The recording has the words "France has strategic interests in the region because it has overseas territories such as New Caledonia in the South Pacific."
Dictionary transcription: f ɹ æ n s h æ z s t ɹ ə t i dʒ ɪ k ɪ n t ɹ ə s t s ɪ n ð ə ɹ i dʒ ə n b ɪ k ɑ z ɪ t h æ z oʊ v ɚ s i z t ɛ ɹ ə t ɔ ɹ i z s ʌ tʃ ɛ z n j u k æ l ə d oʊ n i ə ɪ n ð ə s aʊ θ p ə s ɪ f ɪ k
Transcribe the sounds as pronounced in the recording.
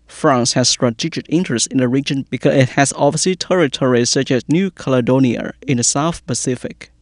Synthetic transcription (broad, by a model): f ɹ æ n s h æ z s t ɹ ə t i dʒ ɪ k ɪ n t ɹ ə s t ɪ n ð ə ɹ i dʒ ə n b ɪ k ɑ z ɪ t h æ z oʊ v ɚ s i t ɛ ɹ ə t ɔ ɹ i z s ʌ tʃ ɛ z n j u k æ l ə d oʊ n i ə ɪ n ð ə s aʊ θ p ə s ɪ f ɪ k